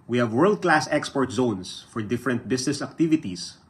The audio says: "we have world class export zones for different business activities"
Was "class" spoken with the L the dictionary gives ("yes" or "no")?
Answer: yes